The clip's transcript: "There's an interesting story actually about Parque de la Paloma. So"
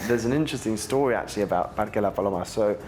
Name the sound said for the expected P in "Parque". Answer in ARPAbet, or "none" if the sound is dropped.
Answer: B